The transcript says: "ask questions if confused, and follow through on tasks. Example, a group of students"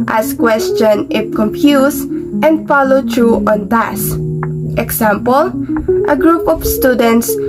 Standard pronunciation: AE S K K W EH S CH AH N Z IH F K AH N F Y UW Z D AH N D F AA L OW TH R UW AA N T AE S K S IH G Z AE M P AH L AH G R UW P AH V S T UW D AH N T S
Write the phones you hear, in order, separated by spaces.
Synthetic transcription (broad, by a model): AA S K K W EH S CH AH N IH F K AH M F Y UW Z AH N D F AA L OW T R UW AA N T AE S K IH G S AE M P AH L AH G R UW P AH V S T UW D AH N T S